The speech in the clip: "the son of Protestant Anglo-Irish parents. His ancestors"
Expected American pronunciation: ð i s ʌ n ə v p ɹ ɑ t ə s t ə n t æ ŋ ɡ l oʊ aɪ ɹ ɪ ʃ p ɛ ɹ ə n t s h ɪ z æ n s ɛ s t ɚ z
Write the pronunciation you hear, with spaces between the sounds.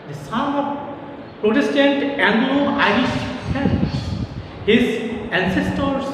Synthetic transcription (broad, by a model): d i s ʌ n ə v p ɹ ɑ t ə s t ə n t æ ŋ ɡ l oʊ aɪ ɹ ɪ ʃ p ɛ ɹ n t h ɪ z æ n s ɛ s t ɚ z